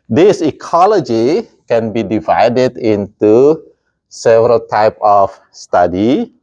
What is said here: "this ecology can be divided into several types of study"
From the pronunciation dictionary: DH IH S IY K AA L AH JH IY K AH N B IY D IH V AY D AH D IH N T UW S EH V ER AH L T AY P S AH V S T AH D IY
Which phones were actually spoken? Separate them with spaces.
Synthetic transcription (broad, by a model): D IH S IY K AA L AH JH IY K AH N B IY D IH V AY D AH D IH N T UW S EH V ER AH L T AY P AH F S T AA D IY